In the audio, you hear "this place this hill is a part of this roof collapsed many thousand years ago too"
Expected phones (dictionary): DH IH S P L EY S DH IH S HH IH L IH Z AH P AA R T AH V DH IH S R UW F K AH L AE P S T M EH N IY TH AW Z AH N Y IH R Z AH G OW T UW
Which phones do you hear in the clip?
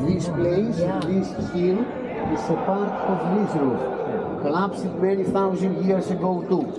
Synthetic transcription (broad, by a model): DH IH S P L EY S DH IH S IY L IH S AH P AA R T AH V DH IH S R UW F K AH L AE P S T M EH N IY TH AW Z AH N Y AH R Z AH G OW T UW